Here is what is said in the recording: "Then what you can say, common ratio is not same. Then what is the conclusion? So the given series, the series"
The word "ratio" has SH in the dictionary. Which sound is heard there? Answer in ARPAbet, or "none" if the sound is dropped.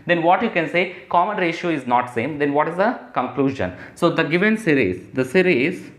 SH